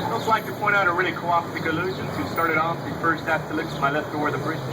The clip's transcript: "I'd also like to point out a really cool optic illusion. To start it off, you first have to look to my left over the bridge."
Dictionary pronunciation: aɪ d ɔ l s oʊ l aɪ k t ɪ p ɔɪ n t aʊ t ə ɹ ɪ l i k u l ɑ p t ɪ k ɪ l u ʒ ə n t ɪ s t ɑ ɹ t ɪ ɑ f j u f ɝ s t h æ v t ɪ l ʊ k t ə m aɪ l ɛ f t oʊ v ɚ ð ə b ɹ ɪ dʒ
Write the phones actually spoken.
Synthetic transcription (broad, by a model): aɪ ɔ s l aɪ k t ɪ p ɔɪ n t aʊ t ə ɹ ɪ l i k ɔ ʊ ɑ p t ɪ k ɪ l u ʒ ə n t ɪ s t ɑ ɹ t ɪ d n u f ɝ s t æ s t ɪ l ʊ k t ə m aɪ l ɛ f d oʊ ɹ ð ə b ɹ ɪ